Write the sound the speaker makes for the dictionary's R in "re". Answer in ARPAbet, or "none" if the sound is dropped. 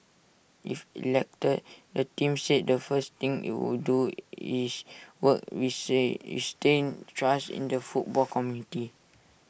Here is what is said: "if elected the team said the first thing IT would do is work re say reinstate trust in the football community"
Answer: W